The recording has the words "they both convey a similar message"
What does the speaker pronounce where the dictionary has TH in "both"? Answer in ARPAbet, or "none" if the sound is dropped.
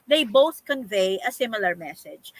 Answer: TH